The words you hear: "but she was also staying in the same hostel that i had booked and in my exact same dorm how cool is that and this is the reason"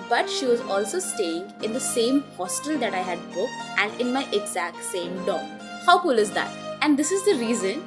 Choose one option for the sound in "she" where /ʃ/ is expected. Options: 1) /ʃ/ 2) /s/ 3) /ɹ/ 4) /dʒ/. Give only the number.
1